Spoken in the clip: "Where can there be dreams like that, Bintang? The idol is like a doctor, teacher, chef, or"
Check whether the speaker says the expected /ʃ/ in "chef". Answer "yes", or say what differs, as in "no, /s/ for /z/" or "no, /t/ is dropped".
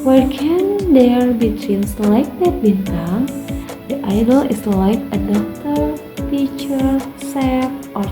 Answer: no, /s/ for /ʃ/